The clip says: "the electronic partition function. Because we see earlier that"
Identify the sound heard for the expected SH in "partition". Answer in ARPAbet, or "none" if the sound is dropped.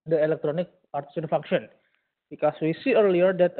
S